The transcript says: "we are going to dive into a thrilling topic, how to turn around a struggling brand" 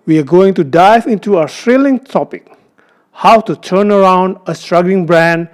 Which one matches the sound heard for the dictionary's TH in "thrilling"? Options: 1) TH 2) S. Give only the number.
2